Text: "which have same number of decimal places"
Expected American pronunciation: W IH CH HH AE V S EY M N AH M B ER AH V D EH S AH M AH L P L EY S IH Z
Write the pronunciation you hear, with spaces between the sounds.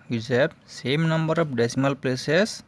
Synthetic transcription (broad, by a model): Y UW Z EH B S EY M N AH M B ER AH P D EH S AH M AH L P L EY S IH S